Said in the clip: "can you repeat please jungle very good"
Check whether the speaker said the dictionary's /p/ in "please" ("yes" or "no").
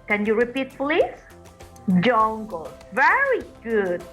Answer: no